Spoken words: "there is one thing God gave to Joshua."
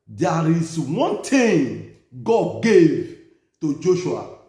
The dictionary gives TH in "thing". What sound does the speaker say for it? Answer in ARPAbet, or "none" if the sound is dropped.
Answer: T